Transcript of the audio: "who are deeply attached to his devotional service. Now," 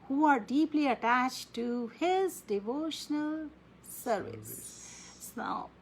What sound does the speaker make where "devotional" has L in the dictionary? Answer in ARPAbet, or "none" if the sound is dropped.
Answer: L